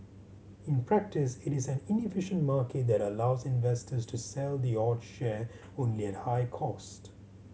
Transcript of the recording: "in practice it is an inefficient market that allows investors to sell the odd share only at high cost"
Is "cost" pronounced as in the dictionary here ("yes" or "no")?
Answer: yes